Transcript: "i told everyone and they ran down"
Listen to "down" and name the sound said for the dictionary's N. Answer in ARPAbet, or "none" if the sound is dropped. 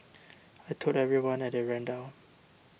none